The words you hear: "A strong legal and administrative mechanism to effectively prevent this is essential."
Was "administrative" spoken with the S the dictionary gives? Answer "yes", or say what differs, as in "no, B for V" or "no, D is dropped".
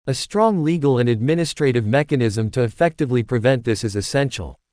yes